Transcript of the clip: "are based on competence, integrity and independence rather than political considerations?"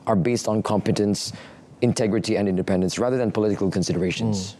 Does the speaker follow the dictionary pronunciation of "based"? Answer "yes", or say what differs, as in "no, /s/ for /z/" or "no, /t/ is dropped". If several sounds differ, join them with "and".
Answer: yes